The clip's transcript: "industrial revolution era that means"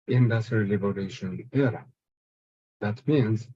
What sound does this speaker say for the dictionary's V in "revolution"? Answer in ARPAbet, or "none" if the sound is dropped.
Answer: B